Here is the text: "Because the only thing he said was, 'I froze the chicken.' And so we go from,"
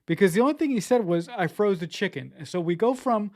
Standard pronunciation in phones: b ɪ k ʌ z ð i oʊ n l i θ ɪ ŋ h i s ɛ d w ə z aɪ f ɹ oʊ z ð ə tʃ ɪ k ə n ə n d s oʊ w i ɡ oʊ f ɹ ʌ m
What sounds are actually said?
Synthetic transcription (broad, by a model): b ɪ k ʌ z ð i oʊ n l i θ ɪ ŋ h i s ɛ d w ə z aɪ f ɹ oʊ z ð ə tʃ ɪ k ə n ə n s oʊ w i ɡ oʊ f ɹ ʌ m